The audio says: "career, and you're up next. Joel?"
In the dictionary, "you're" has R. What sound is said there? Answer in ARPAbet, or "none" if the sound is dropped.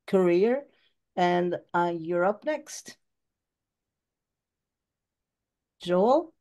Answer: R